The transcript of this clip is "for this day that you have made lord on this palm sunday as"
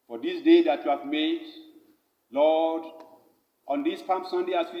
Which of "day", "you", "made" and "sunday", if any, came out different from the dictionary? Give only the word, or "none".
none